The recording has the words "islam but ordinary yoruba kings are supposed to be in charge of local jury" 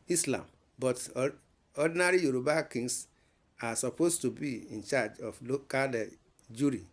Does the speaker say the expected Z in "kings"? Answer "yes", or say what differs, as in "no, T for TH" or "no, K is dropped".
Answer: no, S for Z